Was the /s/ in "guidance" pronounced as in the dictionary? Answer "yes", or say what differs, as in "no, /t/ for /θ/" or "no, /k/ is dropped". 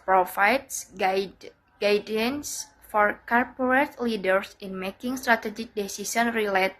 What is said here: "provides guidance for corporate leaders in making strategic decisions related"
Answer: yes